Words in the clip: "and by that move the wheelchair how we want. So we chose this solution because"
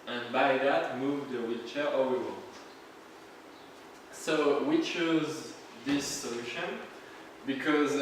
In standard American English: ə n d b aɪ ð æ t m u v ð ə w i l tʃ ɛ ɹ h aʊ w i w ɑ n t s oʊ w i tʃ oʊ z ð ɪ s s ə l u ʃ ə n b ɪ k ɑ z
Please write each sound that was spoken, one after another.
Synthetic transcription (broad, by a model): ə n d b aɪ ð æ t m u v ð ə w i tʃ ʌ ɹ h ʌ w i w ɑ n t s oʊ w i tʃ oʊ z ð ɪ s s ə l u ʃ ə n b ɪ k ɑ z